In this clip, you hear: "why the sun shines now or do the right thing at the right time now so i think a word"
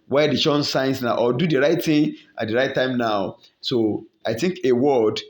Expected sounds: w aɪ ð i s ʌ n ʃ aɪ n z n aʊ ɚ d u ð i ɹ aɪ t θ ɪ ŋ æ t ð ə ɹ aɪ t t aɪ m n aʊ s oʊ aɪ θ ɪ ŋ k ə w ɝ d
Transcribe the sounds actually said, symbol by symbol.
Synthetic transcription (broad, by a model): w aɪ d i ʃ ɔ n s aɪ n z n aʊ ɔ d u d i ɹ aɪ t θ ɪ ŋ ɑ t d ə ɹ aɪ t t aɪ m n aʊ s oʊ aɪ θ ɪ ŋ k ə w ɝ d